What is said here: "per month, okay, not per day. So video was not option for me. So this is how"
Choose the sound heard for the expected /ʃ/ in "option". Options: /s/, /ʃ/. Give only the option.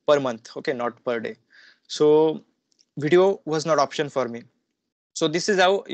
/ʃ/